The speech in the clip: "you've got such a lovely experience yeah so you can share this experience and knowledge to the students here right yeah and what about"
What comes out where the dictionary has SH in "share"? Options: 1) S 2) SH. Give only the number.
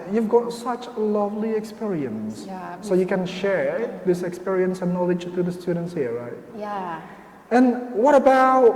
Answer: 2